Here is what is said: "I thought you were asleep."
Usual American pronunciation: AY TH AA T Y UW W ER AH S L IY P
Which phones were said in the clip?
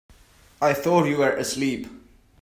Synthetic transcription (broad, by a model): AY TH AA T Y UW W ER AH S L IY P